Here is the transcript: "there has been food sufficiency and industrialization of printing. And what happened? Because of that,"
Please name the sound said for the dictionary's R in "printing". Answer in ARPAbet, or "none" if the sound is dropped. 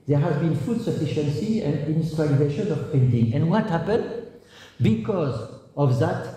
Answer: none